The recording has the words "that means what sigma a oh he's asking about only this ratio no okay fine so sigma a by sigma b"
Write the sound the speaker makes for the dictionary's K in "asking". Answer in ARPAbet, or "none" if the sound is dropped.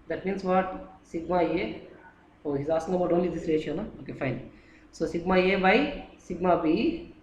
none